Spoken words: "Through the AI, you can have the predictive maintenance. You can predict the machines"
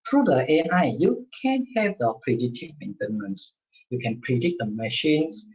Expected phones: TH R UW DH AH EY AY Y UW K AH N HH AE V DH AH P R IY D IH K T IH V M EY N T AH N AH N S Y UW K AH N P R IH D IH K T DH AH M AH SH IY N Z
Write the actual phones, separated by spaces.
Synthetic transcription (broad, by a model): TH R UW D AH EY AY Y UW K AH N HH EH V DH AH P R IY D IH T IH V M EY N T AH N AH N S Y UW K AH N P R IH D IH T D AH M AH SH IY N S